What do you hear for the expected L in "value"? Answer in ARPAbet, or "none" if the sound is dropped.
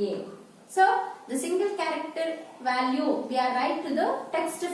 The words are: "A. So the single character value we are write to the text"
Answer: L